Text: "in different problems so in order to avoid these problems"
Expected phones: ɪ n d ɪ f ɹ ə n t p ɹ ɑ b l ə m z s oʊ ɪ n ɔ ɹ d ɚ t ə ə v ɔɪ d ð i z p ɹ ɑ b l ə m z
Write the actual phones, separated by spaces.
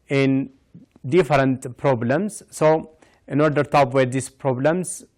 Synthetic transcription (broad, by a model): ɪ n d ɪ f ɹ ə n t p ɹ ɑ b l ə m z s oʊ ɪ n ɔ ɹ d ɚ t ə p w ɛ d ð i s p ɹ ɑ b l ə m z